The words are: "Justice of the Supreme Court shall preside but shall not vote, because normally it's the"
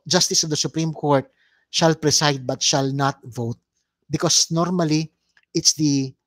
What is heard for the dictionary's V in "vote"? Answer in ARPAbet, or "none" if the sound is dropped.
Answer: V